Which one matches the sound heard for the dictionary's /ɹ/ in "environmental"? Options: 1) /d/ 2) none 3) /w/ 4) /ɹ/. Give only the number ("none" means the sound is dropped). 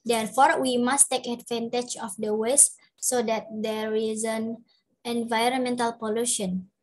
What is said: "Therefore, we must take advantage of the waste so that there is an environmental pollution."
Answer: 4